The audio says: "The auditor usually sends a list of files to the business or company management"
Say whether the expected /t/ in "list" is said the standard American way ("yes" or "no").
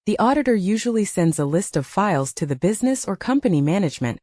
yes